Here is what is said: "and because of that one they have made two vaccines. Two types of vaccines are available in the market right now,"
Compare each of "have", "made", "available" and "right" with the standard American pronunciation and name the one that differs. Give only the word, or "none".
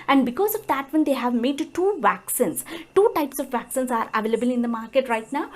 none